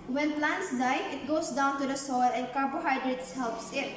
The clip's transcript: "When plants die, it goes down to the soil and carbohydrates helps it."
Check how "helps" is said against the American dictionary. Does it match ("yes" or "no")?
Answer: yes